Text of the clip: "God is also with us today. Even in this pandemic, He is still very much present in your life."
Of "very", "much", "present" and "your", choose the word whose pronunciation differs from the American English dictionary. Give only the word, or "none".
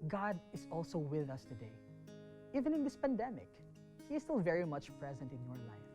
none